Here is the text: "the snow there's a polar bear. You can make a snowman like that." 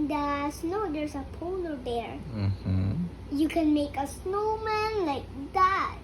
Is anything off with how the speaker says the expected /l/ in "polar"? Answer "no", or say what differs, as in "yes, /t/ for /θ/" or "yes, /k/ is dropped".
yes, /n/ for /l/